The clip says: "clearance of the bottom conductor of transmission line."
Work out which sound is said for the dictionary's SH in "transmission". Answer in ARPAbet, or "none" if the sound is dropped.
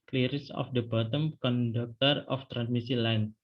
S